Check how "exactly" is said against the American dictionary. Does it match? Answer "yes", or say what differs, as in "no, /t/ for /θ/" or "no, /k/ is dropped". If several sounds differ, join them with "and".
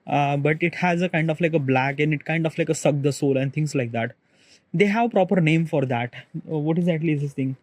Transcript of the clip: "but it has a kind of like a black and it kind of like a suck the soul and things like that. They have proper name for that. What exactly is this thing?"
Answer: no, /k/ is dropped